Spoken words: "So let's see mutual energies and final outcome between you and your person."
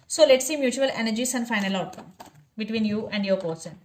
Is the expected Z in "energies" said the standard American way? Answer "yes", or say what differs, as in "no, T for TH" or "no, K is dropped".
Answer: no, S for Z